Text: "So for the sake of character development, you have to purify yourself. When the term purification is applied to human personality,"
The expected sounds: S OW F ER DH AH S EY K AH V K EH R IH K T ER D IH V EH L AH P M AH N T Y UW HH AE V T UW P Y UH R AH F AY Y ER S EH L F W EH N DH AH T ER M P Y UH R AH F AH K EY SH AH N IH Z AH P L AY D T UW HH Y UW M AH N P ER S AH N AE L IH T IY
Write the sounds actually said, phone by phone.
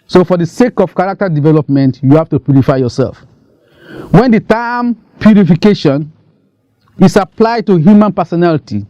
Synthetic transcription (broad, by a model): S OW F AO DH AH S EY K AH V K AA R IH K T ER D IH V EH L AH P M AH N T Y UW HH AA F T UW P Y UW R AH F AY Y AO S EH L F W EH N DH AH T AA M P Y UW R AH F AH K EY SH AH N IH S AH P L AY D T UW HH Y UW M AH N P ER S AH N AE L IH T IY